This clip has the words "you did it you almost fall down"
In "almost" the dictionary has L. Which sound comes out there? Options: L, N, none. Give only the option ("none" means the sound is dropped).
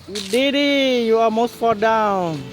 none